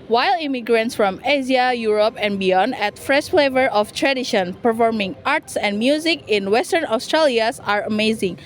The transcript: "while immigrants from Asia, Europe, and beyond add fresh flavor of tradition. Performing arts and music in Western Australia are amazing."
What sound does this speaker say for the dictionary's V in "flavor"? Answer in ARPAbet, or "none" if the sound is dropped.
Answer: V